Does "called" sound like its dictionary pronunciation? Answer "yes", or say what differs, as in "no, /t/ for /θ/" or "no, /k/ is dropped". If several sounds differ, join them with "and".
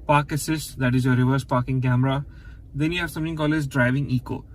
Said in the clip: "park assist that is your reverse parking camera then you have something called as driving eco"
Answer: no, /d/ is dropped